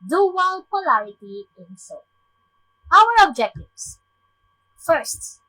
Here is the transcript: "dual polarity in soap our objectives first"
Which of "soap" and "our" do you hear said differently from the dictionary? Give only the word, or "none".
soap